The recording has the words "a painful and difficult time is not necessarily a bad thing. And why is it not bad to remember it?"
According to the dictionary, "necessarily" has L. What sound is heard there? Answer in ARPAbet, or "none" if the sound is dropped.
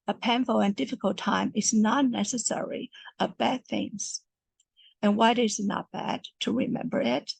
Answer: none